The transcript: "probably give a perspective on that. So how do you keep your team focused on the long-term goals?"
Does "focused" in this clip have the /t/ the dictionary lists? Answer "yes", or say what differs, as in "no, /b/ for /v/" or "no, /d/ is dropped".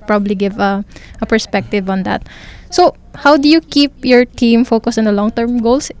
no, /t/ is dropped